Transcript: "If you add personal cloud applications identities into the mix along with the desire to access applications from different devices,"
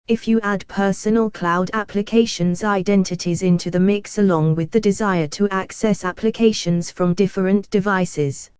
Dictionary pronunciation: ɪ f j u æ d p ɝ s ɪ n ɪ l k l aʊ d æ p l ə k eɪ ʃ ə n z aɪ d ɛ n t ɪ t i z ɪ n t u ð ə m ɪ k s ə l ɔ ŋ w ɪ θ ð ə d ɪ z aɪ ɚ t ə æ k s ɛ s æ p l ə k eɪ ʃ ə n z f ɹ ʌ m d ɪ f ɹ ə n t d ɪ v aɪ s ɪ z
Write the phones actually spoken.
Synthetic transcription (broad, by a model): ɪ f j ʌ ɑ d p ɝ s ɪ n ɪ l k l aʊ d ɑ p l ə k eɪ ʃ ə n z aɪ d ɛ n t ɪ t i z ɪ n t u ð ə m ɪ k s ə l ɔ ŋ w ɪ ð ə d ɪ z aɪ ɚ t ə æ k s ɛ s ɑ p l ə k eɪ ʃ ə n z f ɹ ʌ m d ɪ f ɹ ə n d ɪ v aɪ s ɪ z